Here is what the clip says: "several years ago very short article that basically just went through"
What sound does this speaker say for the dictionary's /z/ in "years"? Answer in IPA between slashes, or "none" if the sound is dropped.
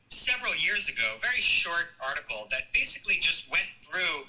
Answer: /z/